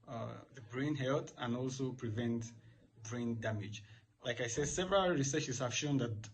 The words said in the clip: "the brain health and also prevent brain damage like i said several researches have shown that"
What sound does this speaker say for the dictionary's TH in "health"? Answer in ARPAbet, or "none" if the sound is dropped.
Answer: T